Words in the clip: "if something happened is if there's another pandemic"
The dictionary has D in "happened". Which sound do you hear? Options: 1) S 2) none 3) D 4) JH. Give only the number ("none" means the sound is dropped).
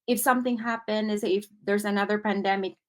2